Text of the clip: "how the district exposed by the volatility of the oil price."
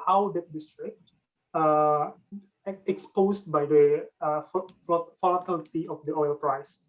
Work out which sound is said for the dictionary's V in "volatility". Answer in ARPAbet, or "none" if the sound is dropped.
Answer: F